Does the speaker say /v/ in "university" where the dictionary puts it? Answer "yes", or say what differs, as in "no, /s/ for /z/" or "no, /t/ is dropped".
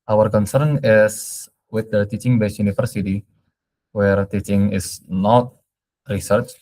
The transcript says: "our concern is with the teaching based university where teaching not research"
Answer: no, /f/ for /v/